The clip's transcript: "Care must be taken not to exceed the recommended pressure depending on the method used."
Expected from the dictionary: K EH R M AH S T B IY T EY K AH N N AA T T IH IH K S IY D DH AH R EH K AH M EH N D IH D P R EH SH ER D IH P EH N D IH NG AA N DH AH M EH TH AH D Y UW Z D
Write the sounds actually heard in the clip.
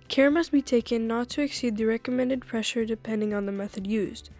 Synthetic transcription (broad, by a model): K EH R M AH S T B IY T EY K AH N N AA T T IH IH K S IY D DH AH R EH K AH M EH N D IH D P R EH SH ER D IH P EH N D IH NG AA N DH AH M EH TH AH D Y UW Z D